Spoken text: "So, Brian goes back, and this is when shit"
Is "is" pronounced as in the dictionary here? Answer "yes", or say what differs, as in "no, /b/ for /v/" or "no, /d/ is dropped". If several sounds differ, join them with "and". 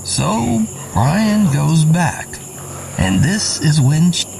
yes